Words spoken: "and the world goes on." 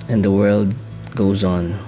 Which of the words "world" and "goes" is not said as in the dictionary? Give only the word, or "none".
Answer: none